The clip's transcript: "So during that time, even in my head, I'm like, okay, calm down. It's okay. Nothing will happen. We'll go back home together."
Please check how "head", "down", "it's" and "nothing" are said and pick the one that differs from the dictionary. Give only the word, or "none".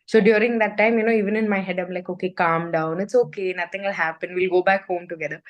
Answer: nothing